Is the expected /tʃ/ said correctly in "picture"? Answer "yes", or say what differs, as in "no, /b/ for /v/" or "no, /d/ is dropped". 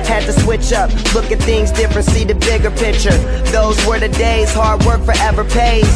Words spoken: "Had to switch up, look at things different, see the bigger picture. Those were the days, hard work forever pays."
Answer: yes